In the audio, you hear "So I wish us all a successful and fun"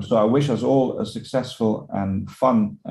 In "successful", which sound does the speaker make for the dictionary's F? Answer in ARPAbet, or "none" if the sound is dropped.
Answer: F